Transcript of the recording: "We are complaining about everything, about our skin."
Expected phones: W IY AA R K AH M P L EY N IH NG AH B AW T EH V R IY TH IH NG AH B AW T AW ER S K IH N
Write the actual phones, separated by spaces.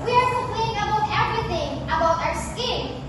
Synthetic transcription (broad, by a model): W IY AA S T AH P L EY IH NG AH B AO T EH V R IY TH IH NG AH B AW T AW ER S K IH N